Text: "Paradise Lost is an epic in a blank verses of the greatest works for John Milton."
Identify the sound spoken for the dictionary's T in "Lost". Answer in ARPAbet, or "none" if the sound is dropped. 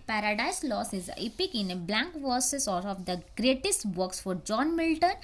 none